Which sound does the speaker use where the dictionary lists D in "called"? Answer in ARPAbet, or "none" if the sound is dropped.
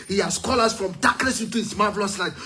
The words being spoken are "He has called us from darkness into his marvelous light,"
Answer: none